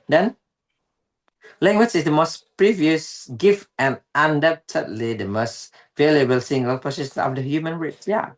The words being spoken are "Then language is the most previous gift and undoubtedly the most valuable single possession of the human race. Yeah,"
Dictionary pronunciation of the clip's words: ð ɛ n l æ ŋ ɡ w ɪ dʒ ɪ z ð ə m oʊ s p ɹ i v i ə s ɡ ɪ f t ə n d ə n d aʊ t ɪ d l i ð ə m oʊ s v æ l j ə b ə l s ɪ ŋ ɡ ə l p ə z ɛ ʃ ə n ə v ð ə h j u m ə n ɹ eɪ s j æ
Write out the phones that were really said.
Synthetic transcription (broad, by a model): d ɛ n l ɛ ŋ ɡ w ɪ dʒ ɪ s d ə m oʊ s p ɹ i v i ə s ɡ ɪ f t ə n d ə n d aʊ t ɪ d l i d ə m oʊ s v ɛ l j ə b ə l s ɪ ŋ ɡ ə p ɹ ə s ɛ s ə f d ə h j u m ə n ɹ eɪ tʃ j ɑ